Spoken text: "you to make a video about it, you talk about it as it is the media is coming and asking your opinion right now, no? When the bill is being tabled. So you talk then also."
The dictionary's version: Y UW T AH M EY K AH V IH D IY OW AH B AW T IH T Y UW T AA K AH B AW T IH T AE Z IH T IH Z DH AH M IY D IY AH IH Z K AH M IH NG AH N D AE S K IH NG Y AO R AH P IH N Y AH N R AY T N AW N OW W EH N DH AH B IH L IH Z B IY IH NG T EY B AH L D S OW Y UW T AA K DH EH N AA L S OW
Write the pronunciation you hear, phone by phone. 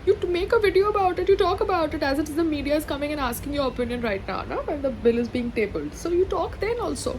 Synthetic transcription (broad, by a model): Y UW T M EY K AH V IH D IY OW AH B AW T IH T Y UW T AA K AH B AW T IH T AE Z IH T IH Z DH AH M IY D IY AH IH Z K AH M IH NG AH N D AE S K IH NG Y AO R AH P IH N Y AH N R AY T N AW N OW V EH N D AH B IH L IH Z B IY IH NG T EY B AH L D S OW Y UW T AA K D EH N AA L S OW